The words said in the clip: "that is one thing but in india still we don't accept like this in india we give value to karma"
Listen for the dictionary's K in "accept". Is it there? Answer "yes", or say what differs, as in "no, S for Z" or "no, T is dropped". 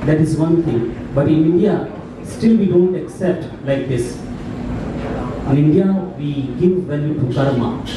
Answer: yes